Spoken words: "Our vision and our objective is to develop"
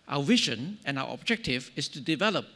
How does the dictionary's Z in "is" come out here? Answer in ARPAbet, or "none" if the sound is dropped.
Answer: S